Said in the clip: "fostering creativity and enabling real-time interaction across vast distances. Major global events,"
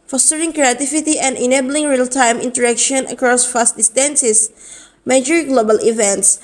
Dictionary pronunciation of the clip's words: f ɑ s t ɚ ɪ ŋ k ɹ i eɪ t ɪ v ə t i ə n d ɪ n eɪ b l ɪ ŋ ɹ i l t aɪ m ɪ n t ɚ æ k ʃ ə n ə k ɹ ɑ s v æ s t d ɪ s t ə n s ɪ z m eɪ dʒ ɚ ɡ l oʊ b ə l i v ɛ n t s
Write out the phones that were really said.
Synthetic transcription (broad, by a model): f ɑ s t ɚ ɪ ŋ k ɹ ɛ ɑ t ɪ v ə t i ə n d ɪ n eɪ b l ɪ ŋ ɹ i l t aɪ m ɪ n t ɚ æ k ʃ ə n ə k ɹ ɑ s f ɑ s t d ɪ s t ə n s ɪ s m eɪ dʒ ɚ ɡ l oʊ b ə l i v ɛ n t s